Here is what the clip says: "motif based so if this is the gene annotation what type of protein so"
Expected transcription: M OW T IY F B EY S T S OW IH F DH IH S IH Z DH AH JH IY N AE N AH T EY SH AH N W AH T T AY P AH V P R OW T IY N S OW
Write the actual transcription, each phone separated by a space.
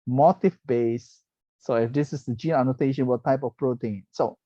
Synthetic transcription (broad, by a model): M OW T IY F B EY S S OW IH F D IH S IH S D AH JH IY N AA N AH T EY SH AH N W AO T T AY P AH F P R OW T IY N S OW